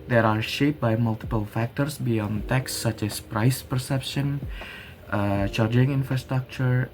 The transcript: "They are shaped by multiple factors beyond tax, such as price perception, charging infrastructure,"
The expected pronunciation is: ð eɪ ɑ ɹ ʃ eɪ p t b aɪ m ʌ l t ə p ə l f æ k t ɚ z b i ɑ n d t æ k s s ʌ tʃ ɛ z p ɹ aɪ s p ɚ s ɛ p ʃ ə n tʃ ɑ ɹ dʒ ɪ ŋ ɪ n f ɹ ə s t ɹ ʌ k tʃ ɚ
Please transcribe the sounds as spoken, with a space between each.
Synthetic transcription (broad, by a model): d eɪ ɑ ɹ ʃ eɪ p b aɪ m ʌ l t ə p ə l f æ k t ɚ s b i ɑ n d t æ k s s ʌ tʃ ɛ s p ɹ aɪ s p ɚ s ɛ p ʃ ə n tʃ ɑ ɹ dʒ ɪ ŋ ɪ n f ɹ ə s t ɹ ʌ k tʃ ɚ